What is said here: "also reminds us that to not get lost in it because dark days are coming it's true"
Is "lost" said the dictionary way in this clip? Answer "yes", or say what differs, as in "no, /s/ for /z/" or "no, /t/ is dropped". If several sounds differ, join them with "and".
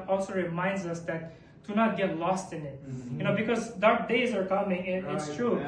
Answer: yes